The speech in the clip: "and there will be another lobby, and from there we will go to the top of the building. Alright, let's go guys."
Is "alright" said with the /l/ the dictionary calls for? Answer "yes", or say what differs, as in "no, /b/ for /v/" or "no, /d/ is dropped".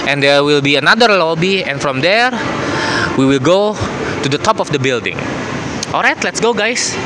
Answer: yes